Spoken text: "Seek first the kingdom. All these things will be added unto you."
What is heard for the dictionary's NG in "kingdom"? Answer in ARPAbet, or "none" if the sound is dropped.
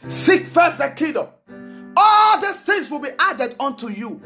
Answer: none